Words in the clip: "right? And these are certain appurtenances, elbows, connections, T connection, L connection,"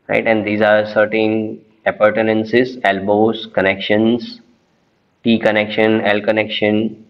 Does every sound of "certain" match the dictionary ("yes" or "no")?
yes